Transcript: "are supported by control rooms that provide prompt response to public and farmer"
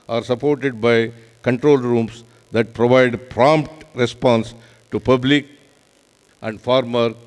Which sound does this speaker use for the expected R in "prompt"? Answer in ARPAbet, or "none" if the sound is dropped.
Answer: R